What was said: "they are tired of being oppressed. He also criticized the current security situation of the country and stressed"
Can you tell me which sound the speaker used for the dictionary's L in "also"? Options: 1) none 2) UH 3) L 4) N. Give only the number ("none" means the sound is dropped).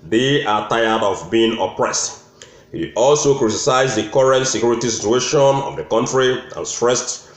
3